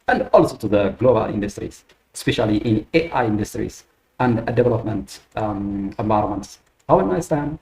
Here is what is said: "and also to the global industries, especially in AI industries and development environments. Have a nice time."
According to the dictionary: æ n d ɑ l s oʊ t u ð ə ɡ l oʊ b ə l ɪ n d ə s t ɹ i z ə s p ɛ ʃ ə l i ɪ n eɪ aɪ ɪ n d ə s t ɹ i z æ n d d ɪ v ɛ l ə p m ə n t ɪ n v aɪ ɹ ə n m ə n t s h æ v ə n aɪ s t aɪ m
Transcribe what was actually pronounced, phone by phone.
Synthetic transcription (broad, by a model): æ n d ɑ l s oʊ t u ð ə ɡ l oʊ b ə l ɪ n d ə s t ɹ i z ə s p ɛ ʃ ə l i ɪ n eɪ aɪ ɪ n d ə s t ɹ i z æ n d d ɪ v ɛ l ə p m ə n t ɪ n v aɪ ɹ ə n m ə n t s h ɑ w ə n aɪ s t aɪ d